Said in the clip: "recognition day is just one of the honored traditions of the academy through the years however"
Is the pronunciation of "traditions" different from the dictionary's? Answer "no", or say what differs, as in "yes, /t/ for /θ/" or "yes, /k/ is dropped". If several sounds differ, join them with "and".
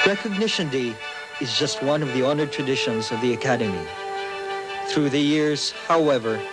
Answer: no